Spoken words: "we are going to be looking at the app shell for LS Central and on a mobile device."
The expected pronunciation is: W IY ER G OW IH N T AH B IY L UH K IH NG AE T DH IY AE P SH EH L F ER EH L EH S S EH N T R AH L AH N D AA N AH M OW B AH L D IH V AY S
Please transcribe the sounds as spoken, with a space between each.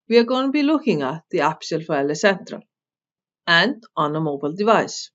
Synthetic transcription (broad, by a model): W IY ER G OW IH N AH B IY L UH K IH NG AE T DH IY AE P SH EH L F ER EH L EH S S EH N T R AH L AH N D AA N AH M OW B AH L D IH V AY S